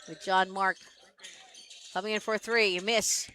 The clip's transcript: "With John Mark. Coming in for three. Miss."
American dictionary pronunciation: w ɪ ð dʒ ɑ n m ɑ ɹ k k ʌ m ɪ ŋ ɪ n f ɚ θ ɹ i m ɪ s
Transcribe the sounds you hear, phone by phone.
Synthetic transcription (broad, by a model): w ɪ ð dʒ ɑ n m ɑ ɹ k k ʌ m ɪ ŋ ɪ n f ɚ θ ɹ i m ɪ s